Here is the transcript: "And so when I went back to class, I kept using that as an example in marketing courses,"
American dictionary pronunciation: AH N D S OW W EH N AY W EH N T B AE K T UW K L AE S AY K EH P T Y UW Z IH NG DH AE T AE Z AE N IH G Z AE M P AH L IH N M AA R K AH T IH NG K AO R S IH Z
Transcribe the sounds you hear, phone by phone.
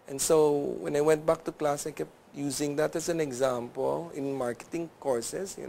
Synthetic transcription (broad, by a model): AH N S OW W EH N AY W EH N T B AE K T UW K L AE S AY K EH P T Y UW Z IH NG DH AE T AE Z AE N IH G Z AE M P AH L IH N M AA R K AH T IH NG K AO R S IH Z